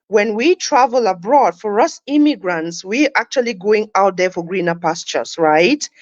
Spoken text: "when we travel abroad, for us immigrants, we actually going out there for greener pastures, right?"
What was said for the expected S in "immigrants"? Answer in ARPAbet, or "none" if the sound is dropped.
S